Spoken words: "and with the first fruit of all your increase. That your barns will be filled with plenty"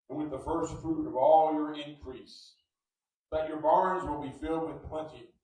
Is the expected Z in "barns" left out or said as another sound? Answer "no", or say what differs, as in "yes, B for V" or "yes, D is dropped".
no